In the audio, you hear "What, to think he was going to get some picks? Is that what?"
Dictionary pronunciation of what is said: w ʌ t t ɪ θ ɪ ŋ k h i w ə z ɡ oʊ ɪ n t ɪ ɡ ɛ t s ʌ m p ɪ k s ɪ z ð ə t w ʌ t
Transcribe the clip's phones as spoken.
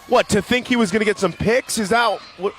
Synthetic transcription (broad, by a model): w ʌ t t ɪ θ ɪ ŋ k h i w ə z ɡ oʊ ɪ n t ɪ ɡ ɛ t s ʌ m p ɪ k s ɪ z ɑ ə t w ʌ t